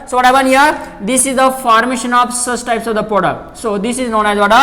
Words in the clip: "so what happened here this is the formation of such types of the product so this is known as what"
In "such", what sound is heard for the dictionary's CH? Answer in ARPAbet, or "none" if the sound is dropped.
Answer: S